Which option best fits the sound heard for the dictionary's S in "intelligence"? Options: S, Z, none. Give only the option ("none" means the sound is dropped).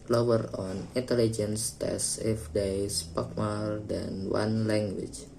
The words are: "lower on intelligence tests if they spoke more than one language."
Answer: S